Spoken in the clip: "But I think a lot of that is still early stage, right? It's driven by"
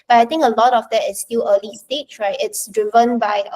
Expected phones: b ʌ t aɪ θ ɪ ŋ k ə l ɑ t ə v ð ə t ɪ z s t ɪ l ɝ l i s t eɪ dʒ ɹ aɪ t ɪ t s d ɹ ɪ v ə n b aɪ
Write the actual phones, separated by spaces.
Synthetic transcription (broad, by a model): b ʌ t aɪ t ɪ ŋ k ə l ɑ t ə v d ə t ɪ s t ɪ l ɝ l i s t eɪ tʃ ɹ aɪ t ɪ t s d ɹ ɪ v ə n b aɪ